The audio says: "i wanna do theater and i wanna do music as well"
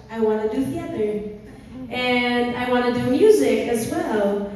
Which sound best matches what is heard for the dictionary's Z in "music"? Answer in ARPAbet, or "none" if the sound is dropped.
Z